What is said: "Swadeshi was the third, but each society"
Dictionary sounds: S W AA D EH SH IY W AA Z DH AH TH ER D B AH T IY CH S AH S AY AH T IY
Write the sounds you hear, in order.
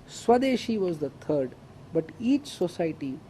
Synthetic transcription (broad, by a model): S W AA D EH SH IY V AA Z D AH T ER D B AH T IY CH S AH S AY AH T IY